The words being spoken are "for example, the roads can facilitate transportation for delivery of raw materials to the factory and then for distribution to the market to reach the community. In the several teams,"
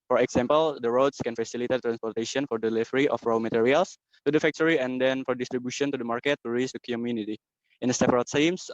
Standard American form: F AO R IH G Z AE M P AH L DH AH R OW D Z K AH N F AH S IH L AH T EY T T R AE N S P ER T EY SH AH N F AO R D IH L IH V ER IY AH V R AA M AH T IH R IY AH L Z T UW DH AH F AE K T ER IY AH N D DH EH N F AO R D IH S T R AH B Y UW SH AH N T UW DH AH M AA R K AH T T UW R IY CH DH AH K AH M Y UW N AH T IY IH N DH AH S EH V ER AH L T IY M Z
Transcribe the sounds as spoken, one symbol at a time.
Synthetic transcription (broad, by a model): F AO R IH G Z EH M P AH L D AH R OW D S K AH N F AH S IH L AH T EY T T R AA N S P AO T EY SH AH N F AO R D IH L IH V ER IY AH F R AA M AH T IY R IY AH L S T UW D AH F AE K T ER IY AH N D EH N F AO R D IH S T R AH B Y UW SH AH N T UW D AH M AA R K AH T T UW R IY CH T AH K AH M Y UW N AH T IY IH N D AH S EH P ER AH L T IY M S